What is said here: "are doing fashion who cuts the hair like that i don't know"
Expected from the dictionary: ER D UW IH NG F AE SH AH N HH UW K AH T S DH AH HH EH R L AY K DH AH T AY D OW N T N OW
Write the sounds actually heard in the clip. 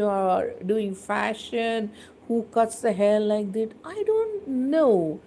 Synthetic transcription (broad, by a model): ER D UW IH NG F AE SH AH N HH UW K AH T S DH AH HH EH L L AY K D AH T AY D OW N T N OW